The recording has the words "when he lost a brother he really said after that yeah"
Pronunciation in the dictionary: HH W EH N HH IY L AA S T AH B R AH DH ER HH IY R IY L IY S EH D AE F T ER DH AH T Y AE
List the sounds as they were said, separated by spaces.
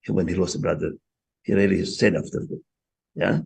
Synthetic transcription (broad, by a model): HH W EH N HH IY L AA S AH B R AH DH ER HH IY R IY L IY S EH D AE F T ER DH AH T Y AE